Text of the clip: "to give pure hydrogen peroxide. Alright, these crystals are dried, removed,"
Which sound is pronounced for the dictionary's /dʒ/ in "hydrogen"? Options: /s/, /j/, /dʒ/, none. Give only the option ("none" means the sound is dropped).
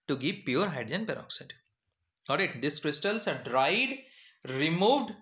none